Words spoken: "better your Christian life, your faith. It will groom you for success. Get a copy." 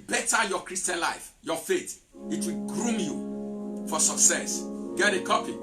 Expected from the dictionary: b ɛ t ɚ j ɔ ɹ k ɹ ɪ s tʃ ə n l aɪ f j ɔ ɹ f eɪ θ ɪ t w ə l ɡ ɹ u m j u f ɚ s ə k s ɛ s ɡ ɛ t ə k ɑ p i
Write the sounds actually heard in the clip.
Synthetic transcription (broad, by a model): b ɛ t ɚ j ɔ k ɹ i s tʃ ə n l aɪ f j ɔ f eɪ t ɪ t w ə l ɡ ɹ u m j u f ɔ s ə k s ɛ s ɡ ɛ t ə k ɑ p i